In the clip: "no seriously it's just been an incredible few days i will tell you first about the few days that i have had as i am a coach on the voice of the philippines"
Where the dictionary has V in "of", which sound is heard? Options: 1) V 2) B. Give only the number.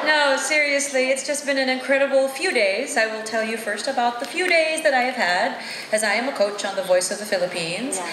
1